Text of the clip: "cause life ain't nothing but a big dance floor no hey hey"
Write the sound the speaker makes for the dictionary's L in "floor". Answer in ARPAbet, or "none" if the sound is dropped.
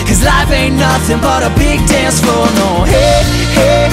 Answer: none